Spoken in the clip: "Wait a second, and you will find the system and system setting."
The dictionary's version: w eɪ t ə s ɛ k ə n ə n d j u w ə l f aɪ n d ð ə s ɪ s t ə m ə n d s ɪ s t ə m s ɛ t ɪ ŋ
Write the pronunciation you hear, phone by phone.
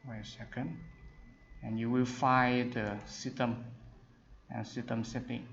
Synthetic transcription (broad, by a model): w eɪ ə s ɛ k ə n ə n j u w ə l f aɪ d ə s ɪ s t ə m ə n s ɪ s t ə m s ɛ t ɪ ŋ